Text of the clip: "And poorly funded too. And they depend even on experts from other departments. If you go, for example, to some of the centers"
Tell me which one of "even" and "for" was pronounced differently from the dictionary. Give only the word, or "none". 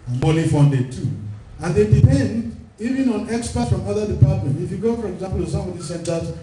none